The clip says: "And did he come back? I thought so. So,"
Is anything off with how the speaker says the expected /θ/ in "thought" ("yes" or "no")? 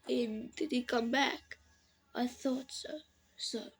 no